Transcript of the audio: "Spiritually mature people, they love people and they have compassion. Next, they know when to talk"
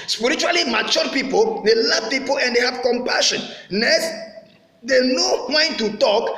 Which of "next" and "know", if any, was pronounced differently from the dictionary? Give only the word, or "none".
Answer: next